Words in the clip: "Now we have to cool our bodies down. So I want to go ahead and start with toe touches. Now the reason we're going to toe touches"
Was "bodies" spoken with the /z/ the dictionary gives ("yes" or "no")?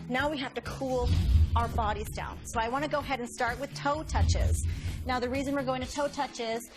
yes